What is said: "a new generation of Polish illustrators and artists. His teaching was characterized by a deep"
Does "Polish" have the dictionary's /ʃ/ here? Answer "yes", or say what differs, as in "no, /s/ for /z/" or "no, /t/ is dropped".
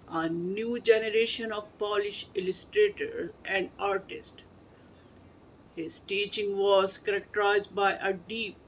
yes